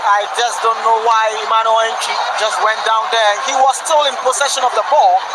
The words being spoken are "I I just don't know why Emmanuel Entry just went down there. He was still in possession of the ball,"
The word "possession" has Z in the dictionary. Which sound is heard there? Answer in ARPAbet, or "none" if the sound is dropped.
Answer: S